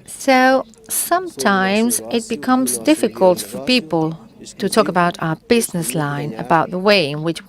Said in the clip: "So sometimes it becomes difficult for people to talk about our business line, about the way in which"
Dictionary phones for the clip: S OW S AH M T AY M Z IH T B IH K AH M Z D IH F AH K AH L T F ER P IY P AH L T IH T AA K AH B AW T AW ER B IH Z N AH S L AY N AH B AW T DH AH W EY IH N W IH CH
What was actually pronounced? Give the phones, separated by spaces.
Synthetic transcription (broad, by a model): S OW S AH M T AY M Z IH T B IH K AH M Z D IH F AH K AH L T F ER P IY P AH L T IH T AA K AH B AW T AW ER B IH Z N AH S L AY N AH B AW T DH AH W EY IH N W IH CH